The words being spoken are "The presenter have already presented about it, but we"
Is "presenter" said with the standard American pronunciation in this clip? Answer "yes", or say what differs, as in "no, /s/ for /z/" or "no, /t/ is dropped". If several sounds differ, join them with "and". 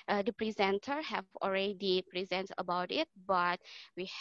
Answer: yes